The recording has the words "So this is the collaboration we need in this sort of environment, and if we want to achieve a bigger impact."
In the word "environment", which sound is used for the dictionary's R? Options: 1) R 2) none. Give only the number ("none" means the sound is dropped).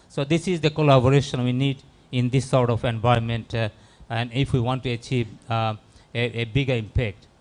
2